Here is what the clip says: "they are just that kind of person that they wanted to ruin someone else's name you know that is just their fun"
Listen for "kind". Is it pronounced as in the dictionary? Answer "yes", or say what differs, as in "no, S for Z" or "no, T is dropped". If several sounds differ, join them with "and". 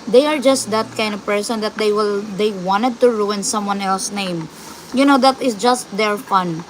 yes